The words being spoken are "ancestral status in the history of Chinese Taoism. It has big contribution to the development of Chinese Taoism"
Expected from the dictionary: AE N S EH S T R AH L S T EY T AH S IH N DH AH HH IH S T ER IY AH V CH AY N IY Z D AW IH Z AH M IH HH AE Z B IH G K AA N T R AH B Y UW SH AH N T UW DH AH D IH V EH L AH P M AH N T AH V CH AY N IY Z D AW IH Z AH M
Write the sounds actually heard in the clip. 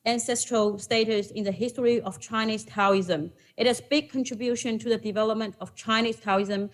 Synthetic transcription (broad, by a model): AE N S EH S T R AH L S T EY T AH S IH N DH AH HH IH S T ER IY AH V CH AY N IY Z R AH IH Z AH M IH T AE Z B IH G K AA N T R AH B Y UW SH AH N T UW DH AH D IH V EH L AH P M AH N T AH V CH AY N IY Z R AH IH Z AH M